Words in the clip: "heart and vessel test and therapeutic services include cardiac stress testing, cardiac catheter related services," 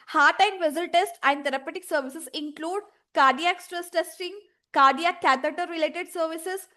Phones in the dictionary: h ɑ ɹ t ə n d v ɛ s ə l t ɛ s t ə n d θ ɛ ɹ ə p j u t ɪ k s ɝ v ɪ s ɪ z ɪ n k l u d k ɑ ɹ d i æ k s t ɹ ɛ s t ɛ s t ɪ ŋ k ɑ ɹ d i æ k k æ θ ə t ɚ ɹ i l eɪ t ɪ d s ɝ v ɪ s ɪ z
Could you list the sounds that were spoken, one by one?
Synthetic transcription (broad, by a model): h ɑ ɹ t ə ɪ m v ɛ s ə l t ɛ s t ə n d t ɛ ɹ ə p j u t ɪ k s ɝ v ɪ s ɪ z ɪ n k l u d k ɑ ɹ d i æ k s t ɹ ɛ s t ɛ s t ɪ ŋ k ɑ ɹ d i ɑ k k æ t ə t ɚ ɹ i l eɪ t ɪ d s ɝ v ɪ s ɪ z